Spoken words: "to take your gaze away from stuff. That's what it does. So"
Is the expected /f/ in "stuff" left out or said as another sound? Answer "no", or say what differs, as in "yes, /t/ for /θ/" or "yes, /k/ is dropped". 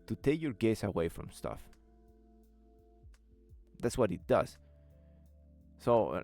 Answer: no